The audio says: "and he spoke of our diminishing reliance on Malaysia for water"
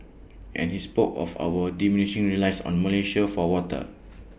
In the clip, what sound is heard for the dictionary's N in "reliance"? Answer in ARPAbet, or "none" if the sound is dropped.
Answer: none